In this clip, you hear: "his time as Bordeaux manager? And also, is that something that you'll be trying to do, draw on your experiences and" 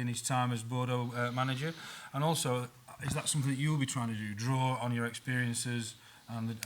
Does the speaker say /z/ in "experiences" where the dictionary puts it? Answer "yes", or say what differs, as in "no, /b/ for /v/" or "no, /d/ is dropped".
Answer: yes